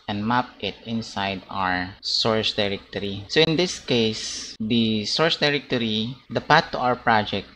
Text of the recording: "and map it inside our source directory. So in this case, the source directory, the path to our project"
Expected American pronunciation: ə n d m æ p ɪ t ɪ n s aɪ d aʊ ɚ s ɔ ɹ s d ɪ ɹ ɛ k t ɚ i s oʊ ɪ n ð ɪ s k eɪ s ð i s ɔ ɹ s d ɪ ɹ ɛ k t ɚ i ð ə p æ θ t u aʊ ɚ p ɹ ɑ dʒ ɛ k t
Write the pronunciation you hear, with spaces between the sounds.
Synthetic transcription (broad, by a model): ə n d m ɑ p ɪ t ɪ n s aɪ d aʊ ɚ s ɔ ɹ s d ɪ ɹ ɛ k t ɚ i s oʊ ɪ n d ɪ s k eɪ s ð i s ɔ ɹ s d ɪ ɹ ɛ k t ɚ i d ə p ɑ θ t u aʊ ɚ p ɹ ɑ dʒ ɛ k t